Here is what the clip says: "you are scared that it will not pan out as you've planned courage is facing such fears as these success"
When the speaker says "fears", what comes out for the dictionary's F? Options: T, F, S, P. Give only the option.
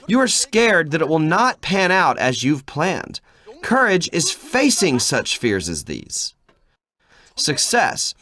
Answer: F